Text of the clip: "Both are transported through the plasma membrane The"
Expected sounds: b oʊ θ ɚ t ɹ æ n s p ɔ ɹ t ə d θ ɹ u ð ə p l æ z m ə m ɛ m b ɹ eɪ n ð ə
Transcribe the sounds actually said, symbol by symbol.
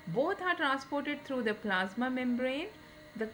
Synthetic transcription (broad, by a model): b oʊ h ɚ t ɹ æ n s p ɔ ɹ t ə d t ɹ u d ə p l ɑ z m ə m ɛ m b ɹ eɪ n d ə